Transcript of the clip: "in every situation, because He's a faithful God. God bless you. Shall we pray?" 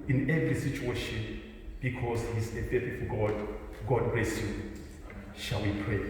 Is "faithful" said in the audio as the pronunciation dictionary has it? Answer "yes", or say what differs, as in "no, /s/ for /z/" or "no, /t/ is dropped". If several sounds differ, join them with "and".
no, /f/ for /θ/